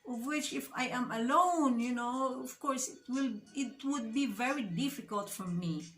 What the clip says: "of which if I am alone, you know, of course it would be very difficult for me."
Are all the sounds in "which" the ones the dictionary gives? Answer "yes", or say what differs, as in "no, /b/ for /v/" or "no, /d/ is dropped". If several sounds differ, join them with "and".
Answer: yes